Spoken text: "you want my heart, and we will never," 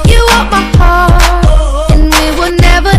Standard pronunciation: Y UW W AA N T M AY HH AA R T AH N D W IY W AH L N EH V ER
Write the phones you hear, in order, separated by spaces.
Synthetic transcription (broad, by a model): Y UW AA T M AY HH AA R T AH N W IY W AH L N EH V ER